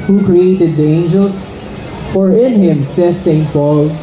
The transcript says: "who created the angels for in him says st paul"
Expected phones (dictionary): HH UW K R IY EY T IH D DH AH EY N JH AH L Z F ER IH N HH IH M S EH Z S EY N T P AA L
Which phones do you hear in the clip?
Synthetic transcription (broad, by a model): HH UW K R IY EY T IH D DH EY N JH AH L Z F ER IH N HH IH M S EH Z S EY N T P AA L